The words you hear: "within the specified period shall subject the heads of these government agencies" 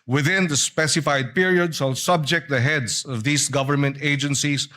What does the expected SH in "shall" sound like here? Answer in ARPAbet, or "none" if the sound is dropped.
S